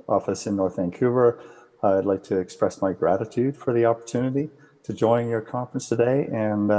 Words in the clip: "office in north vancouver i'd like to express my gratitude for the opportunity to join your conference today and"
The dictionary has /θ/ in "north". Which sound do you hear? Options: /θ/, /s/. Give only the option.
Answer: /θ/